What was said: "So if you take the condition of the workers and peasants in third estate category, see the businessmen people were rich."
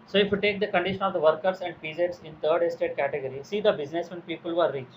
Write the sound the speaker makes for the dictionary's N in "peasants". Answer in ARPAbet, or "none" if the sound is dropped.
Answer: none